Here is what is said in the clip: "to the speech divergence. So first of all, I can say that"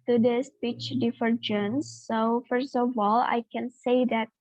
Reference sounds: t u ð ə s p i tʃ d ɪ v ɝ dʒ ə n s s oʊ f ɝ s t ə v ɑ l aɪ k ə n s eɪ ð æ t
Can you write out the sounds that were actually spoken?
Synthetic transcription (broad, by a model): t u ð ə s p i tʃ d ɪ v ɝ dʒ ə n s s oʊ f ɝ s t ə v ɑ l aɪ k ə n s eɪ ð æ t